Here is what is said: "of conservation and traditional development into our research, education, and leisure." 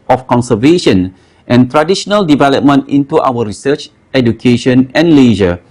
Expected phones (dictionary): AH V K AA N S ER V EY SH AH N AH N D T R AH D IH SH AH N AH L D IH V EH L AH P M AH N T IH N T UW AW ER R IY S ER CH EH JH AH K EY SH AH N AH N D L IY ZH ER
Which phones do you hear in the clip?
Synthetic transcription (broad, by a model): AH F K AA N S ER V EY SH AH N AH N T R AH D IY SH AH N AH L D IH V EH L AH P M AH N T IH N T UW AW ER R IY S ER CH EH JH AH K EY SH AH N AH N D L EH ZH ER